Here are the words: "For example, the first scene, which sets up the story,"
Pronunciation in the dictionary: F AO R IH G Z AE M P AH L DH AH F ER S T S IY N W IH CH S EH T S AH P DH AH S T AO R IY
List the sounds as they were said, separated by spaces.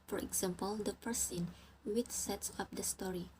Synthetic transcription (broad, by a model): F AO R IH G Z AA M P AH L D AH P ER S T S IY N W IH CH S EH T S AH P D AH S T AO R IY